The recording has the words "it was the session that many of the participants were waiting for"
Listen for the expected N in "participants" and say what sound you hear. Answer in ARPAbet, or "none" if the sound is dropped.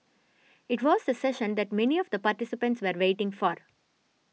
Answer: N